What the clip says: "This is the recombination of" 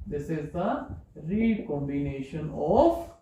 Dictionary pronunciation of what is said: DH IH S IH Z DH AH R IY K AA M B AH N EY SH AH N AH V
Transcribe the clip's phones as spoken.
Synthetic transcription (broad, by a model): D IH S IH Z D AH R IY K AA M B AH N EY SH AH N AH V